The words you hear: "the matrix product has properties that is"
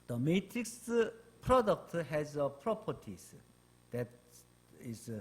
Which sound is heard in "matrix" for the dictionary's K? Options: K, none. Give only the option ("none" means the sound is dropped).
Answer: K